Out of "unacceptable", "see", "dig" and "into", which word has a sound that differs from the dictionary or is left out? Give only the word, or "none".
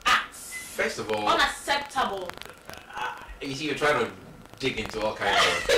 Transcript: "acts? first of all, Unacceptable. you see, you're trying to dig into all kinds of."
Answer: unacceptable